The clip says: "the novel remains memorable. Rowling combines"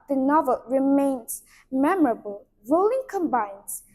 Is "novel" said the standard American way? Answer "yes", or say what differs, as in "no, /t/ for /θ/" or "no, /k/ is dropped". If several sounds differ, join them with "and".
yes